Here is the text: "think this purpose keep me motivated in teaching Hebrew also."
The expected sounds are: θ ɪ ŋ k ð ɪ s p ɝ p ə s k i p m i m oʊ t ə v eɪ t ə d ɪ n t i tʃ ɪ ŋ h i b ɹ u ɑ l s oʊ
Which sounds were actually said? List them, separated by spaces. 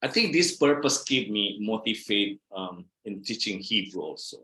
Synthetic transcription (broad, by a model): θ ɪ ŋ k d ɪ s p ɝ p ə s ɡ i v m i m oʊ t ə f eɪ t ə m ɪ n t i tʃ ɪ ŋ h i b ɹ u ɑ l s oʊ